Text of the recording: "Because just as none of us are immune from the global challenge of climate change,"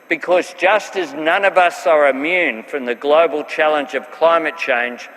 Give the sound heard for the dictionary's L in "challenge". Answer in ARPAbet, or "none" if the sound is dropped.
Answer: L